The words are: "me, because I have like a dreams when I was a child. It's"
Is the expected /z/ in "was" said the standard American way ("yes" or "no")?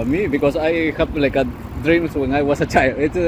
no